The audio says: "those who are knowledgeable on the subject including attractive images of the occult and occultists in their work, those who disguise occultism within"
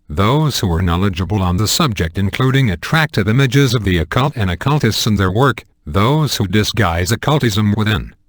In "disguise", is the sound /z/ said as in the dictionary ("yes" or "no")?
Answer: yes